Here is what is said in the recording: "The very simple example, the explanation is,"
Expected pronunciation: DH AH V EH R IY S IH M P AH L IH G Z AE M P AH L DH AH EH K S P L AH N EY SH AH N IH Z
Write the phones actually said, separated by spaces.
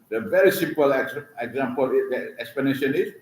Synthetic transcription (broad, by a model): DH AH V EH R IY S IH M P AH L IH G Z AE M P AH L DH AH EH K S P AH N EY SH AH N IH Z